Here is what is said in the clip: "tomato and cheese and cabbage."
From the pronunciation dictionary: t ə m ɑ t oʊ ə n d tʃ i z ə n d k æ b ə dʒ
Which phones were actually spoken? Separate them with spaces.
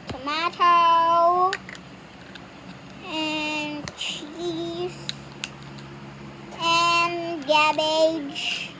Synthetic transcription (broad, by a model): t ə m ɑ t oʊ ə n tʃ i s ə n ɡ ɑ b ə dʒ